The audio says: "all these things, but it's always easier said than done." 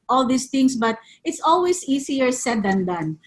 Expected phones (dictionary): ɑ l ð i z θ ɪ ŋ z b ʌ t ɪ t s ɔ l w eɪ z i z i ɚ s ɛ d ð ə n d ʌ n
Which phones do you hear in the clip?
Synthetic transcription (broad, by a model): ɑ l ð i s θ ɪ ŋ s b ʌ t ɪ t s ɔ l w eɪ s i s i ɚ s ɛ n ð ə n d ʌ n